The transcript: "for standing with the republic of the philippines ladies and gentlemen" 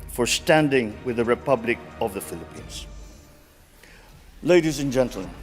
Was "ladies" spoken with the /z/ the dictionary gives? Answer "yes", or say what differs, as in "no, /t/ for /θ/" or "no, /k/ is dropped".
yes